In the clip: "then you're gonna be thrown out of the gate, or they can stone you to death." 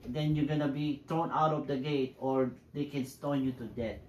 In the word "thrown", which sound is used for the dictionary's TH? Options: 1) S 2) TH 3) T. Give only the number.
3